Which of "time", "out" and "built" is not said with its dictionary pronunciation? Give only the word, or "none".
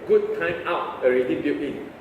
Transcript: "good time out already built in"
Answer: built